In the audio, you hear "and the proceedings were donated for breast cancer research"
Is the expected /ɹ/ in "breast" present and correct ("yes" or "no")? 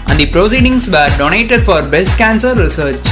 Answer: no